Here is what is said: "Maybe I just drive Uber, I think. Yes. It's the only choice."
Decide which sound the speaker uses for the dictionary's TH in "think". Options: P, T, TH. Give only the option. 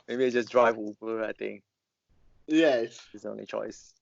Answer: T